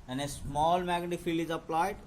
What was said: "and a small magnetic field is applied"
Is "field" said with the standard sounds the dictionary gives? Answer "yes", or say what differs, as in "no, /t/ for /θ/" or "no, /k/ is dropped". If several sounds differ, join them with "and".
no, /d/ is dropped